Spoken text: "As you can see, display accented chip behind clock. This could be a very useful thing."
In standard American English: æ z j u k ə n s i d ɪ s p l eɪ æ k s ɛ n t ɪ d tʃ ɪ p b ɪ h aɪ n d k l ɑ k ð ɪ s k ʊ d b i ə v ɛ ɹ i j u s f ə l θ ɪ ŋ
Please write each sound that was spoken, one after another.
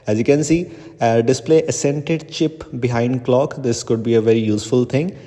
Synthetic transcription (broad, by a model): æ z j u k ə n s i d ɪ s p l eɪ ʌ s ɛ n t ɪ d tʃ ɪ p b ɪ h aɪ n d k l ɑ k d ɪ s k ʊ d b i ə v ɛ ɹ i j u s f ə l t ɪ ŋ